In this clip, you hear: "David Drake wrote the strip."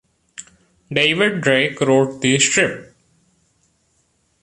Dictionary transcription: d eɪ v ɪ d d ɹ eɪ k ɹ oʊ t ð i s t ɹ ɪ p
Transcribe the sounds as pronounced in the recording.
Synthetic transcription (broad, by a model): d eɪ v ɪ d d ɹ eɪ k ɹ oʊ t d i s t ɹ ɪ p